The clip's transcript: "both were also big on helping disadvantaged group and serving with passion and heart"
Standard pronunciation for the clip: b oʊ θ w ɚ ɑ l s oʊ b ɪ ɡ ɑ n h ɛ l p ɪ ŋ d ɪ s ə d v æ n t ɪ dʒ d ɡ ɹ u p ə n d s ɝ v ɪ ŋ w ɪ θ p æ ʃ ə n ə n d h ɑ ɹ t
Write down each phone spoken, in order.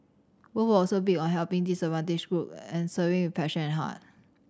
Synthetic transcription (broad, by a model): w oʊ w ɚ ɑ l s oʊ b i ɑ n h ɛ l p ɪ ŋ d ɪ s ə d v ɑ n t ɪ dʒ ɡ ɹ u p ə n s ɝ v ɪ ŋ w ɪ p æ ʃ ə n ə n h ɑ t